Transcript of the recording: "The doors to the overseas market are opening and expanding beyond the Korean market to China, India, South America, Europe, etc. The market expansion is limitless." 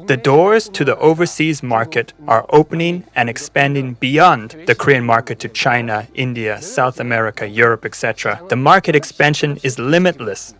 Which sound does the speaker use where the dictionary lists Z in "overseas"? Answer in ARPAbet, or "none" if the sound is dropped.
Z